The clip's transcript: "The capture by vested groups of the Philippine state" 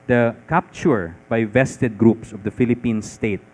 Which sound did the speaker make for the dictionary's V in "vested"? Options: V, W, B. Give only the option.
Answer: V